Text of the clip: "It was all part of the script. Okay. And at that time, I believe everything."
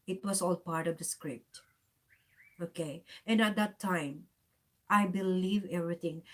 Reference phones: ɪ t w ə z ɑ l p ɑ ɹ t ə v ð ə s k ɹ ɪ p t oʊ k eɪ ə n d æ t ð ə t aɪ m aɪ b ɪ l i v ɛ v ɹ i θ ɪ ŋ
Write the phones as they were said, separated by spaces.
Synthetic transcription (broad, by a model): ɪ t w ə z ɑ l p ɑ ɹ t ə v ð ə s k ɹ ɪ p t oʊ k eɪ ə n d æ t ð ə t aɪ m aɪ b ɪ l i v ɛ v ɹ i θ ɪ ŋ